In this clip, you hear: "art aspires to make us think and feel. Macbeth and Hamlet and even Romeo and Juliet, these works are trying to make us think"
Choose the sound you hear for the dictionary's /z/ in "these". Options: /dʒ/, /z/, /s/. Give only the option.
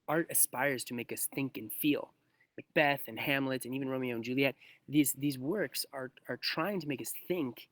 /z/